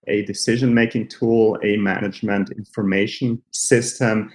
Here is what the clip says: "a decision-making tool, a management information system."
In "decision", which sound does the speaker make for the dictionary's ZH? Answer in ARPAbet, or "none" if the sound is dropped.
ZH